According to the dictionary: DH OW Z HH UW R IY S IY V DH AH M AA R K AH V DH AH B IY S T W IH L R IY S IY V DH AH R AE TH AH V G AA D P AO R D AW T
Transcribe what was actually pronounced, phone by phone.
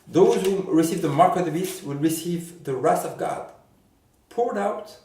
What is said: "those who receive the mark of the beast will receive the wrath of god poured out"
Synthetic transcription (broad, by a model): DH OW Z HH UW R IY S IY V DH AH M AA R K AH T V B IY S W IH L R IY S IY V DH AH R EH T AH V G AA D P AO R D AW T